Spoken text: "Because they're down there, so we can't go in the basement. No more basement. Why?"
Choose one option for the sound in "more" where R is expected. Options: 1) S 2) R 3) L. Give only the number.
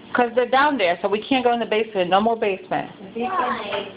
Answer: 3